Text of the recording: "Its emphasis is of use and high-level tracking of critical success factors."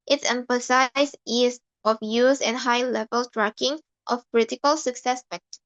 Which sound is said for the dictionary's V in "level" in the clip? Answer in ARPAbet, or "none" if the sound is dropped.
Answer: V